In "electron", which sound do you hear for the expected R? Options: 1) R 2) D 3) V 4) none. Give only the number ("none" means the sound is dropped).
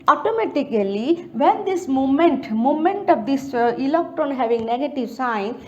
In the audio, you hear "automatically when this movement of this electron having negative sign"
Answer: 4